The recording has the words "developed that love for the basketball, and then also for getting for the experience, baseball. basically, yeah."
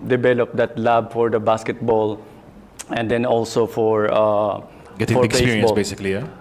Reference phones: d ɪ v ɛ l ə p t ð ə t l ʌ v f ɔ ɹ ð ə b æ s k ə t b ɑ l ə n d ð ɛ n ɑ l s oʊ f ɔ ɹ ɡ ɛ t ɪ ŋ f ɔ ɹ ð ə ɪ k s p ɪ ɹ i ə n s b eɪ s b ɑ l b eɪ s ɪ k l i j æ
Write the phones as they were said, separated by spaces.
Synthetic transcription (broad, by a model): d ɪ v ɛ l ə p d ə t l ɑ b f ɔ ɹ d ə b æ s k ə t b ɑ l ə n d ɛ n ɑ l s oʊ f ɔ ɹ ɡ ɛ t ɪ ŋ f ɔ ɹ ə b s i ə s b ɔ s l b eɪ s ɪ k l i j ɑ